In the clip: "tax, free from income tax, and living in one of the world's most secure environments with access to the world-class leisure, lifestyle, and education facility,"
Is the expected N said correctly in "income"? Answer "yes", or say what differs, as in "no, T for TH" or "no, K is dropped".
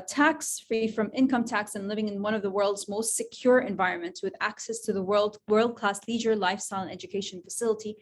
yes